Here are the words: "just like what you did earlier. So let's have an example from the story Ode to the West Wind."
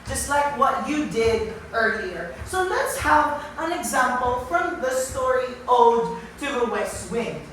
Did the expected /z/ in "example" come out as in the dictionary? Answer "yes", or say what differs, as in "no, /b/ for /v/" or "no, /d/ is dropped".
yes